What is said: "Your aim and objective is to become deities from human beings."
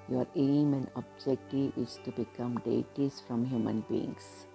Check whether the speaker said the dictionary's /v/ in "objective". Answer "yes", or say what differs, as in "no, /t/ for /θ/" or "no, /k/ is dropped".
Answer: no, /v/ is dropped